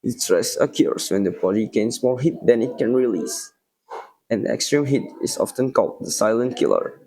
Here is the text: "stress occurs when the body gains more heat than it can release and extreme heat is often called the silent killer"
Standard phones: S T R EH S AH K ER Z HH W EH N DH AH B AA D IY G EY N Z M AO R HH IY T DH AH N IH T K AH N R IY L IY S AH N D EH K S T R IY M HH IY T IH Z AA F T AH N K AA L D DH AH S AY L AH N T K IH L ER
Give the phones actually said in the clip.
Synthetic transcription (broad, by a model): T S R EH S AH K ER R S W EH N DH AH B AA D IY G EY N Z M AO R HH IY T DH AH N IH T K AH N R IY L IY S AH N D EH K S T R IY M HH IY T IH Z AA F T AH N K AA L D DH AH S AY L AH N T K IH L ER